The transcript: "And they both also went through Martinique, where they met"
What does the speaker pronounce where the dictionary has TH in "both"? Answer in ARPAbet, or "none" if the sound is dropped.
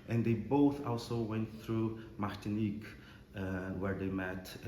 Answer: TH